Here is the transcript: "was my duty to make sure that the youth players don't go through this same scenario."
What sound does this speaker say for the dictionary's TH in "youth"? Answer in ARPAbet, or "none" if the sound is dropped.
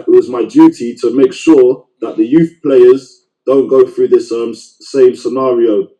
TH